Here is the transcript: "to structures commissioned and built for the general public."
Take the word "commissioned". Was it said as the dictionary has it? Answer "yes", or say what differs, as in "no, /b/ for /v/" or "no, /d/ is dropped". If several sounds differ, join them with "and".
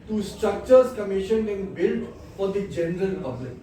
no, /d/ is dropped